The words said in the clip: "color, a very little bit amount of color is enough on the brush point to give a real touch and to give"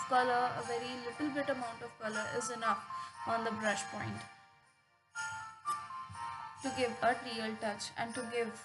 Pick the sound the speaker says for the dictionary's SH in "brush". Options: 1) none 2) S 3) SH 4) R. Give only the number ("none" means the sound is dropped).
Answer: 3